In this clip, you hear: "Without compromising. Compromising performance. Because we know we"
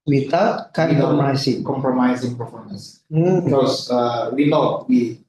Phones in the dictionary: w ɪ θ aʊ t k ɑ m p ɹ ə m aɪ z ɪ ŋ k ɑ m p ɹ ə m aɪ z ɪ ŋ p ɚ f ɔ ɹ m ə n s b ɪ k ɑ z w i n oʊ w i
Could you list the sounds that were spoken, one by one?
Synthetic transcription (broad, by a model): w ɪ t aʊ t k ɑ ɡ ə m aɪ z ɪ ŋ k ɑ m p ɹ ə m aɪ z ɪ ŋ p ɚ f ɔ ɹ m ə n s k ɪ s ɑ w i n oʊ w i